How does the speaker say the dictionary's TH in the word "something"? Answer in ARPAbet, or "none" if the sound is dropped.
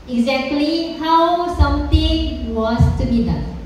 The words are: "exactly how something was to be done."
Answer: T